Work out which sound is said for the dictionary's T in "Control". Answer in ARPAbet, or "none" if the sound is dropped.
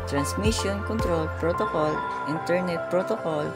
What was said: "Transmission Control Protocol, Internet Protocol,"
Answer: T